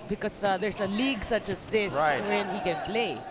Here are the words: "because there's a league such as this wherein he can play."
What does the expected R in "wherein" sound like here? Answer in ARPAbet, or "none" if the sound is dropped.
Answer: W